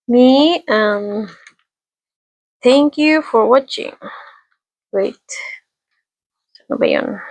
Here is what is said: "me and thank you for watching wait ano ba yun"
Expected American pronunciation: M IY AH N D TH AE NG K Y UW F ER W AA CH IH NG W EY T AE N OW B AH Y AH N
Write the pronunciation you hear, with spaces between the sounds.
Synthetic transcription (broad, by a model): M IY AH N TH AE NG K Y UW F ER W AA CH IH NG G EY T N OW B AH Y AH N